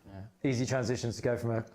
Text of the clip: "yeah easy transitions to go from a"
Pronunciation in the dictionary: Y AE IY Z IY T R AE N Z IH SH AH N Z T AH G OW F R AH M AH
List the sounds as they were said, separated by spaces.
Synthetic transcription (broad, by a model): IY Z IY T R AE N Z IH SH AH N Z T AH G OW F R AH M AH